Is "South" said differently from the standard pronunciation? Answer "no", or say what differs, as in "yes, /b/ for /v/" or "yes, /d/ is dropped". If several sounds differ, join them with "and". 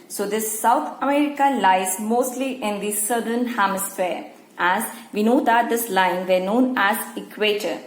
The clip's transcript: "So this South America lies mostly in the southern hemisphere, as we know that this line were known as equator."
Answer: yes, /t/ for /θ/